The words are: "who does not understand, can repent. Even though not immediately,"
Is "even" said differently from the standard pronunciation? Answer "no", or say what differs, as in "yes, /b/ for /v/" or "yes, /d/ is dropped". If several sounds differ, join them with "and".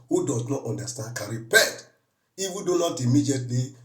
yes, /w/ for /v/